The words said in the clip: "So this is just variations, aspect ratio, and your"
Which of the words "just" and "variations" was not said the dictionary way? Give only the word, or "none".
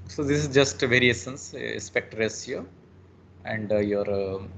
variations